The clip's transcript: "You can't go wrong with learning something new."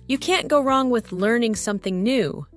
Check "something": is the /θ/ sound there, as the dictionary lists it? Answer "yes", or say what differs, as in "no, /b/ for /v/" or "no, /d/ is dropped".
yes